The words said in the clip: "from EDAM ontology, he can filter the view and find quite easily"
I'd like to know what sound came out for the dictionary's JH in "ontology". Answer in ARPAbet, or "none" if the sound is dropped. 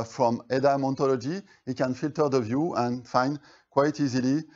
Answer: JH